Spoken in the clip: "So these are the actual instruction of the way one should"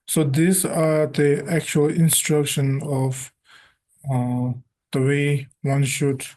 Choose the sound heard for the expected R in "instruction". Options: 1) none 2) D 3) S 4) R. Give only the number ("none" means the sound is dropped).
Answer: 4